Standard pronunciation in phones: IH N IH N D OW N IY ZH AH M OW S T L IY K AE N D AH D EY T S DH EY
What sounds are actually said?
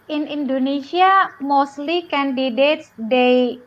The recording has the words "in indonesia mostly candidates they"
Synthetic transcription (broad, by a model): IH N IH N D OW N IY S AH M OW S T L IY K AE N D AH D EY T S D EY